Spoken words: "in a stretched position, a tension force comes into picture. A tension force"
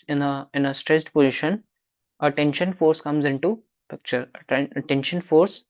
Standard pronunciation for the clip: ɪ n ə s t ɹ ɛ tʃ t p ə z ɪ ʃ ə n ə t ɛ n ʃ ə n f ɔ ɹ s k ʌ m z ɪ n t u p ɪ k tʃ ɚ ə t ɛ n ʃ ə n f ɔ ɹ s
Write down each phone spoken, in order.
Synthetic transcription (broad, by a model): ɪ n ə s t ɹ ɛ s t p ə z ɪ ʃ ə n ə t ɛ n ʃ ə n f ɔ ɹ s k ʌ m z ɪ n t u p ɪ k tʃ ɚ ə t ɛ n ʃ ə n f ɔ ɹ s